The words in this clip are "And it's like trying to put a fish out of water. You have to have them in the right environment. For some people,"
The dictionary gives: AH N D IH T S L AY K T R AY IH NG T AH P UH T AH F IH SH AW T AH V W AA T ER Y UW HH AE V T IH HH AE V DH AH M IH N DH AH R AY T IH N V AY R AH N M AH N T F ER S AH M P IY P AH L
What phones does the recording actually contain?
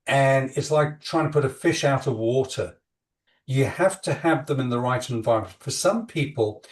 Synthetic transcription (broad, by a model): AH N IH T S L AY K T R AY IH NG T AH P UH T AH F IH SH AW T AH V W AA T ER Y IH HH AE F T IH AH V DH AH M IH N DH AH R AY T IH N V AY R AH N M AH N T F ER S AH M P IY P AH L